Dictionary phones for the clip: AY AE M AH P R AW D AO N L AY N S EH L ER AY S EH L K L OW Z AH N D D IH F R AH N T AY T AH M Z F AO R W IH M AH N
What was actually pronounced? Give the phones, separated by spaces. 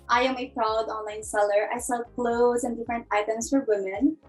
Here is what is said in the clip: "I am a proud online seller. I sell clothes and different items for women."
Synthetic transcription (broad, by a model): AY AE M AH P R AW D AO N L AY N S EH L ER AY S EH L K L OW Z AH N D D IH F R AH N T AY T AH M S F AO R W IH M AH N